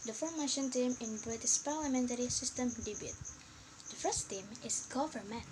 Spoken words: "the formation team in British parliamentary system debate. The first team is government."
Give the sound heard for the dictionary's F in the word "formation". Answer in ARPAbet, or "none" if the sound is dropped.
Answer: F